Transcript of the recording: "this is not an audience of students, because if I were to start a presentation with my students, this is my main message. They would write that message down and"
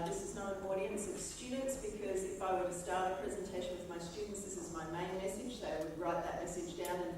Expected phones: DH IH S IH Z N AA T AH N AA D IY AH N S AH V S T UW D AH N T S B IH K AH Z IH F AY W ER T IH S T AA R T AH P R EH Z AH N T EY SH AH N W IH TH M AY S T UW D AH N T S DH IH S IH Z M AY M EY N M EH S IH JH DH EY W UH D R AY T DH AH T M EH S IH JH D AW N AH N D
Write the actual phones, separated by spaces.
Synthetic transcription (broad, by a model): DH IH S IH Z N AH T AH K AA D IY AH N S AH V S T UW D N T S B IH K AH Z IH F AY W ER T IH S T AA R T AH P R EH Z AH N T EY SH AH N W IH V M AY S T UW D N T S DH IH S IH Z M AY M EY N M EH S IH JH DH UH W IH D R AY T DH AH T M EH S IH JH D AW N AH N